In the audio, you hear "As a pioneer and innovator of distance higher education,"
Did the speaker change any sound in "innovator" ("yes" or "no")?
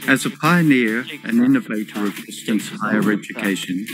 no